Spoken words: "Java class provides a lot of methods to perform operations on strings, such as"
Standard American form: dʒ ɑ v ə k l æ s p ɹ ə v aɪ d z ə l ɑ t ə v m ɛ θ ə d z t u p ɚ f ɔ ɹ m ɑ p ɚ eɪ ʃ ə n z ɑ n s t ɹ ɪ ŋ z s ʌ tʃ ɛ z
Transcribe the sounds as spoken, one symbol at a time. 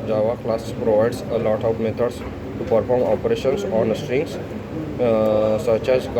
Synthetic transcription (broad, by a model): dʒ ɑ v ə k l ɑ s p ɹ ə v aɪ d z ə l ɑ t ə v m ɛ t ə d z t u p ɚ f ɔ ɹ m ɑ p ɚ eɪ ʃ ə n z ɑ n s t ɹ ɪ ŋ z s ʌ tʃ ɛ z